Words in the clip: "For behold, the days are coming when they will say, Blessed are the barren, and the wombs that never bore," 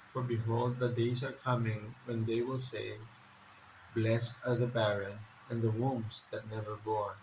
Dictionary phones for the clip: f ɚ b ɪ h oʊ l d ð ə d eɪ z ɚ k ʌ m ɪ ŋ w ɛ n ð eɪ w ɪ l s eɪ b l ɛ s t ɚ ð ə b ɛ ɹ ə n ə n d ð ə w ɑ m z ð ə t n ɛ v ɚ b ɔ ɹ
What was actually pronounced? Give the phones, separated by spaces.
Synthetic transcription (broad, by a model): f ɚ b ɪ h oʊ l d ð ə d eɪ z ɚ k ʌ m ɪ ŋ w ɛ n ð eɪ w ɪ l s eɪ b l ɛ s ɚ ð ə b ɛ ɹ ə n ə n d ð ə w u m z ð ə t n ɛ v ɚ b ɔ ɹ